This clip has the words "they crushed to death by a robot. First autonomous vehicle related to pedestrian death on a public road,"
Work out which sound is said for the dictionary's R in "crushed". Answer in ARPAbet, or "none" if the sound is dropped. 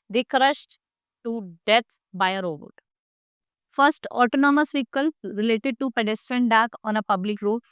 R